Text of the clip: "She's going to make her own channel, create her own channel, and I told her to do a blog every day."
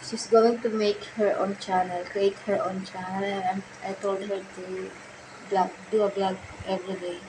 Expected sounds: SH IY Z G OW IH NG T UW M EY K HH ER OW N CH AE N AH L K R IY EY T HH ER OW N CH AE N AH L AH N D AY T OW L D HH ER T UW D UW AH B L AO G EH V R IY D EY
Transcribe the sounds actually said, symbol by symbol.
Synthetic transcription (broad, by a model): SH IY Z G OW IH NG T UW M EY K HH ER OW N CH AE N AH L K IY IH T HH ER OW N CH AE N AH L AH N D AY T OW L D HH ER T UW D UW AH B L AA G EH V R IY D EY